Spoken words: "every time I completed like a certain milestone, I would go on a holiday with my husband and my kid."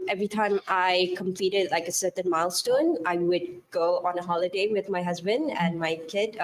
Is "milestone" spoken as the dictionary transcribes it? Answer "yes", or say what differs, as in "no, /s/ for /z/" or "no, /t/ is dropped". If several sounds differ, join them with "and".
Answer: yes